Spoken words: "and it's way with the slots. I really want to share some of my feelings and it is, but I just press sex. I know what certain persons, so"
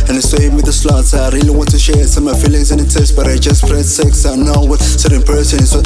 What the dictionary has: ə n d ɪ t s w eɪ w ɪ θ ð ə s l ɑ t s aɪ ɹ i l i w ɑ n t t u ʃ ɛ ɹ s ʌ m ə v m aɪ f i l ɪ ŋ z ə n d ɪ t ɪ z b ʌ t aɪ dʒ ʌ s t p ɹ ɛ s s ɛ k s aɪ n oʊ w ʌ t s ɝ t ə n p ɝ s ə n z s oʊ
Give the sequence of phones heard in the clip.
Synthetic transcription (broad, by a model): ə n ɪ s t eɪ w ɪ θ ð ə s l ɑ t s aɪ ɹ i l i w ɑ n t t u ʃ ɛ ɹ s ʌ m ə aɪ f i l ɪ ŋ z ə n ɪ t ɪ s b ʌ t aɪ dʒ ʌ s t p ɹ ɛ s s ɛ k s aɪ n oʊ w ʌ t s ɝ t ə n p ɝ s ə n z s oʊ